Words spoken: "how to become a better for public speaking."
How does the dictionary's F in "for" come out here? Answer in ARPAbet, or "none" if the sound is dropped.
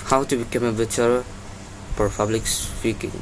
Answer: P